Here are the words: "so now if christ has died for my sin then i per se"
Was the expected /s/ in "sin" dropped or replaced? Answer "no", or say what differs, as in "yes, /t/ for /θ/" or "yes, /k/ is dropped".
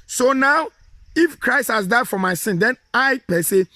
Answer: no